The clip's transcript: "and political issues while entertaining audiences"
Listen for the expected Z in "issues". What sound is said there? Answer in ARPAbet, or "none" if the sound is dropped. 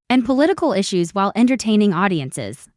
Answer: Z